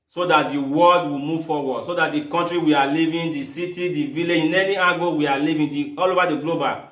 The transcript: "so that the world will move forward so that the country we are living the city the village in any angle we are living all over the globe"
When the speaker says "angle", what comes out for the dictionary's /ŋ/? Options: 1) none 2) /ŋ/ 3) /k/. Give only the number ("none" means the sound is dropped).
1